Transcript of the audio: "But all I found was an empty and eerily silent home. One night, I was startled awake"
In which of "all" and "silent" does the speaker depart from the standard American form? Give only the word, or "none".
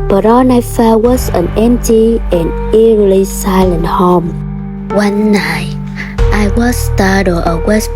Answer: all